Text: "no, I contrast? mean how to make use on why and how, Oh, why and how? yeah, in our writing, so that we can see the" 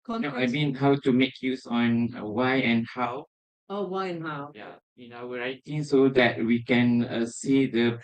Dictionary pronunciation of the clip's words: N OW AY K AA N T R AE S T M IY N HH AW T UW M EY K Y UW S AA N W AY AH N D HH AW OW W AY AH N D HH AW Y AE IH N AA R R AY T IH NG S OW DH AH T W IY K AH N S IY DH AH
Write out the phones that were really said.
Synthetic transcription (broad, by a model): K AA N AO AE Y M IY N HH AW T UW M EY K Y UW S AA N W AY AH N HH AW OW W AY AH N HH AW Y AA IH N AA W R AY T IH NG S OW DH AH T W IY K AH N S IY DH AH